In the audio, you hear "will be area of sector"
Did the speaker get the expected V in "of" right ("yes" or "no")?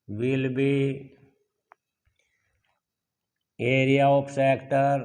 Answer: no